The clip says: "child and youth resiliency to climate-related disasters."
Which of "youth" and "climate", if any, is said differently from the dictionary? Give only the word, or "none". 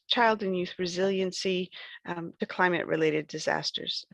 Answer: none